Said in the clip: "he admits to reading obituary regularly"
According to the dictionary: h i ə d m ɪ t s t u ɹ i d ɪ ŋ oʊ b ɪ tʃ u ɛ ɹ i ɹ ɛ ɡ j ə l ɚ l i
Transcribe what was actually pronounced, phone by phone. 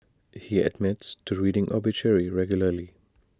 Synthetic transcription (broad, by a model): h i ə d m ɪ t s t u ɹ i d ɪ ŋ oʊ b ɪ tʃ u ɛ ɹ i ɹ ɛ ɡ j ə l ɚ l i